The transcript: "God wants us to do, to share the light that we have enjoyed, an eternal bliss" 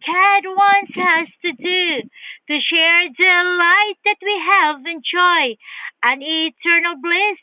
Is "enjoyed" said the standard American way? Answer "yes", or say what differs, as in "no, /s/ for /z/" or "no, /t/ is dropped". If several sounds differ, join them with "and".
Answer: no, /d/ is dropped